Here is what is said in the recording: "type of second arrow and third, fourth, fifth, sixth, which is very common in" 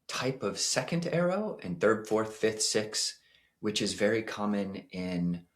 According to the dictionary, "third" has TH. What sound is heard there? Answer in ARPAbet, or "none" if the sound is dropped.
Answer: TH